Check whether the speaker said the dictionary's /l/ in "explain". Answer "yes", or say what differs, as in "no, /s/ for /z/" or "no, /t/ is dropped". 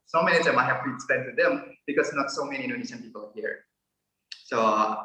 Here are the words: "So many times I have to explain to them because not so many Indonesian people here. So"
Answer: no, /l/ is dropped